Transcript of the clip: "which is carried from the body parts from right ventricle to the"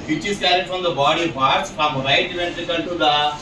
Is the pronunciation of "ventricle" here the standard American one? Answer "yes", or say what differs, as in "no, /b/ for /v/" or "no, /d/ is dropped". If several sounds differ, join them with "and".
no, /n/ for /l/